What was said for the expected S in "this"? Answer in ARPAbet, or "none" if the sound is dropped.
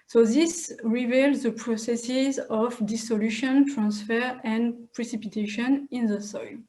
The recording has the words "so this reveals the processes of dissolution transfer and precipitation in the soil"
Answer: S